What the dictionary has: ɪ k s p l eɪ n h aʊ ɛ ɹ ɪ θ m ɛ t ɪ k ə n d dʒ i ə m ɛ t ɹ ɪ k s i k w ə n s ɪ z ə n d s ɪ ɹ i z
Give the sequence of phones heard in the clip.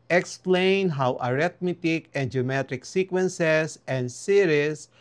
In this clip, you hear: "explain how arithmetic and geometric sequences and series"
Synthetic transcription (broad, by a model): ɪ k s p l eɪ n h aʊ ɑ ɹ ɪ t m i t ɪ k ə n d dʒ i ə m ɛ t ɹ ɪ k s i k w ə n s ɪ s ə n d s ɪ ɹ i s